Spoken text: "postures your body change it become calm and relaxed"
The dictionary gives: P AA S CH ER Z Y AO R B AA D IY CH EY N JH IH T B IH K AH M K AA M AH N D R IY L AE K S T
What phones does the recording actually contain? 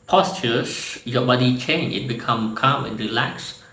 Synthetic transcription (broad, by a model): P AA S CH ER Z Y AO B AA D IY CH EY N IH T B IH K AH M K AA M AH N R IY L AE K S